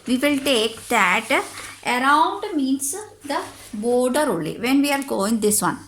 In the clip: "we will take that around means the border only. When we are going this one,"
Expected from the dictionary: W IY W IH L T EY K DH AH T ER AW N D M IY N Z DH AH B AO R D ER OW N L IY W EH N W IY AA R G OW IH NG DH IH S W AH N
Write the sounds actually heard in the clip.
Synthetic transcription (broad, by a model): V IY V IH L T EY K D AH T ER AW N D M IY N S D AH B AO R D ER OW L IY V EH N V IY AA R G OW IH NG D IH S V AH N